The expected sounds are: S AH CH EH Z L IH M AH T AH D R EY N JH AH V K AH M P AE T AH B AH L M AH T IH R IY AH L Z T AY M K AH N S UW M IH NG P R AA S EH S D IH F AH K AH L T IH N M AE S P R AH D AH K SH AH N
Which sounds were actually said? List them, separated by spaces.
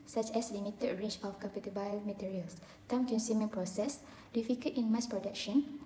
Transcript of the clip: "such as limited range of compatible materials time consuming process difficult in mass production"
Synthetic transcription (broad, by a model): S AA CH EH S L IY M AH T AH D R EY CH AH F K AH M P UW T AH B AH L M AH T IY R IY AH L S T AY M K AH N S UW M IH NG P R AA S EH S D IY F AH K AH T IH N M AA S P R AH D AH K SH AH N